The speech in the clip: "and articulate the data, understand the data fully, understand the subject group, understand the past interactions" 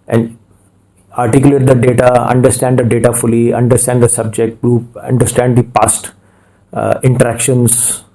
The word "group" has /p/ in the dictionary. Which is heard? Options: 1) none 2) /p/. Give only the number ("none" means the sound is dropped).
1